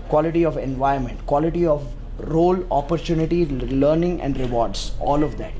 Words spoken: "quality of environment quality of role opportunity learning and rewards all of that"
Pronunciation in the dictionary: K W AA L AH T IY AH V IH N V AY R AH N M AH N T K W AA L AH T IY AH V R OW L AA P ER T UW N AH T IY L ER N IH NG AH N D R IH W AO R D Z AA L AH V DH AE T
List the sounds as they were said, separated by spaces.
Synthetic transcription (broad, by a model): K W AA L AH T IY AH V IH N V AY AH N M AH N T K W AA L AH T IY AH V R OW L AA P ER T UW N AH T IY L ER N IH NG AH N D R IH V AO R D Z AA L AH V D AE T